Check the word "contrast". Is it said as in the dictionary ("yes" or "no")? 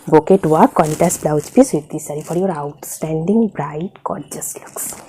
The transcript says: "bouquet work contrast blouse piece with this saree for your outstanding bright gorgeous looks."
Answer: no